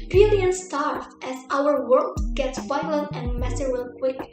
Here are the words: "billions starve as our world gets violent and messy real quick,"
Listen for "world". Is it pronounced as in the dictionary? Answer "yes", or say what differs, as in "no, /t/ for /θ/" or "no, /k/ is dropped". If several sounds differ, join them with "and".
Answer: yes